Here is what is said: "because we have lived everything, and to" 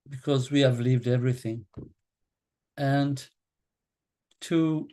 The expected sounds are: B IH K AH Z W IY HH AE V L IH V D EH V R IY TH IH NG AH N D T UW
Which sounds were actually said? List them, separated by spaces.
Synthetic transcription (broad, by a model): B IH K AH Z W IY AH V L IH V D EH V R IY TH IH NG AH N T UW